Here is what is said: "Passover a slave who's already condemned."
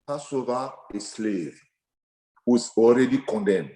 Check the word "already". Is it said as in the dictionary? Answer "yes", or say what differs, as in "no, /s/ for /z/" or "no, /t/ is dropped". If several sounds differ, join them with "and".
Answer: yes